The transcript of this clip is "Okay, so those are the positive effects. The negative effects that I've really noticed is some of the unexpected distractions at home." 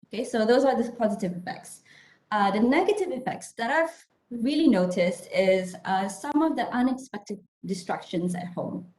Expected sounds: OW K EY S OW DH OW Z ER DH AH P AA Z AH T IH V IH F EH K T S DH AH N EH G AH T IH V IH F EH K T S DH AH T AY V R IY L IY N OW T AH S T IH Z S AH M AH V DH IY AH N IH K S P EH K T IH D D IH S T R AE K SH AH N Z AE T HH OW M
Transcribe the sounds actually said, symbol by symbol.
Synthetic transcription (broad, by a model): OW K EY S OW DH OW Z ER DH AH P AA Z AH T IH V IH F EH K T S DH AH N EH G AH T IH V IH F EH K T S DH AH T AY V R IY L IY N OW T AH S T IH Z S AH M AH V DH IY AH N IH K S P EH K T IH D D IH S T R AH K SH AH N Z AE T HH OW M